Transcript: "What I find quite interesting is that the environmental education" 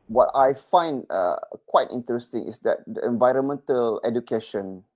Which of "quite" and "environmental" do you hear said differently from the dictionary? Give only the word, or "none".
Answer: none